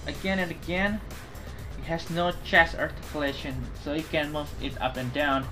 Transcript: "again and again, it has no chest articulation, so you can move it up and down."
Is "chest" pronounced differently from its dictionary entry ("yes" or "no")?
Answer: yes